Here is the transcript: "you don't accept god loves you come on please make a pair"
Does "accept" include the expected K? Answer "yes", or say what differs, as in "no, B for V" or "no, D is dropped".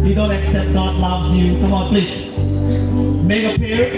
yes